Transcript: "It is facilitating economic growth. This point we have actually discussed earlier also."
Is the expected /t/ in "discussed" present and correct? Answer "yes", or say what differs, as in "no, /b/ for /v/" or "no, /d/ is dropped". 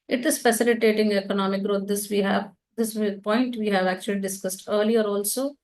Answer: yes